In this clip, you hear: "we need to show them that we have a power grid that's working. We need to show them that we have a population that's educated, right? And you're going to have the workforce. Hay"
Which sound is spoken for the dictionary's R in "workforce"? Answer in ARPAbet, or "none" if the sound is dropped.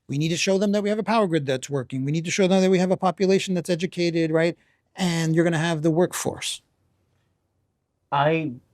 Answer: R